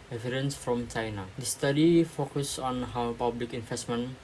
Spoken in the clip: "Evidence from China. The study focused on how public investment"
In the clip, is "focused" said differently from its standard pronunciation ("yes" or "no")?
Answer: yes